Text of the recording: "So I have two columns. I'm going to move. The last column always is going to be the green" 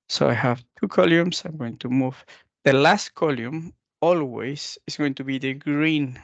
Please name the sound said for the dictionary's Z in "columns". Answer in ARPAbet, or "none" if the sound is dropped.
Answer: S